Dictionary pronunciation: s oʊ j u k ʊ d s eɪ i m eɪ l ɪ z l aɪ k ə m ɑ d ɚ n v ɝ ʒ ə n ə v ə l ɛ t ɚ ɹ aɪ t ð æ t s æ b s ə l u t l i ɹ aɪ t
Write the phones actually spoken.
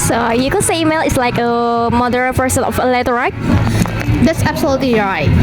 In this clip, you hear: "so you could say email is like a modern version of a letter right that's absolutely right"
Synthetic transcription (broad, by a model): s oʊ j u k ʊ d s eɪ i m eɪ l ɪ s l aɪ k ə m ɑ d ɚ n p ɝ s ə n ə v ə l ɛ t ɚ ɹ aɪ t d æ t s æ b s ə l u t l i ɹ aɪ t